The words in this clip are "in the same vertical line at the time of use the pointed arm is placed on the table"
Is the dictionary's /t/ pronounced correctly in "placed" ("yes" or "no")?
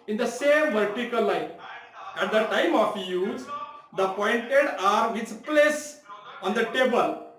no